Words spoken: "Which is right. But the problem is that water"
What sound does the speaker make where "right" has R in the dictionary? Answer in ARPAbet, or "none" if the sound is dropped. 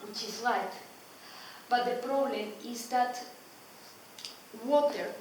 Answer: L